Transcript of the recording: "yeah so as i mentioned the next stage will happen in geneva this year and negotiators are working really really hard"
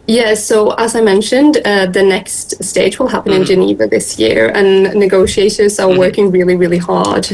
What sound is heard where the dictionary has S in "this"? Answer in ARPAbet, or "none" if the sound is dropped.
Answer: S